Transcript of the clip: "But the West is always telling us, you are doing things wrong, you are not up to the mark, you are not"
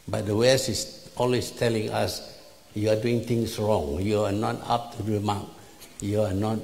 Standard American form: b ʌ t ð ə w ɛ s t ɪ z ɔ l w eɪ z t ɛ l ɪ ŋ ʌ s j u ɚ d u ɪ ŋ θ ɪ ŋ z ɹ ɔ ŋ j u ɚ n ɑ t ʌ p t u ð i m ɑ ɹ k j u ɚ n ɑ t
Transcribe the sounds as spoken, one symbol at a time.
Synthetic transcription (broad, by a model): b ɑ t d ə w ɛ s ɪ s ɔ l w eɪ s t ɛ l ɪ ŋ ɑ s j u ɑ d u ɪ ŋ t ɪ ŋ s ɹ ɔ ŋ j u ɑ n ɑ t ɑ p t u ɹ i m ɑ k j u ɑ n ɑ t